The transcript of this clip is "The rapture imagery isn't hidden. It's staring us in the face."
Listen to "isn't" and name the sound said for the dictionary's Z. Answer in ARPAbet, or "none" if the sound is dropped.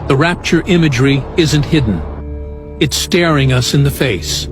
Z